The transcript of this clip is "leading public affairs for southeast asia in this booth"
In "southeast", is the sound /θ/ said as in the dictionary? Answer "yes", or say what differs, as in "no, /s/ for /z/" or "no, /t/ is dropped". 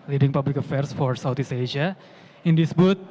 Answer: no, /t/ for /θ/